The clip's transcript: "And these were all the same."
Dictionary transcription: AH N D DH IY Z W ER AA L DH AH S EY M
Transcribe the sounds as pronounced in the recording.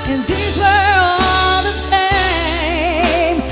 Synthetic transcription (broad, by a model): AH N DH IY Z W ER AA L DH AH S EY M